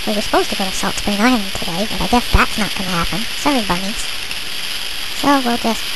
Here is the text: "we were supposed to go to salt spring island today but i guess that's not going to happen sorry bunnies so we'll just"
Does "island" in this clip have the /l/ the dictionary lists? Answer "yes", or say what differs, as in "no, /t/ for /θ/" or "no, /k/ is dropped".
no, /l/ is dropped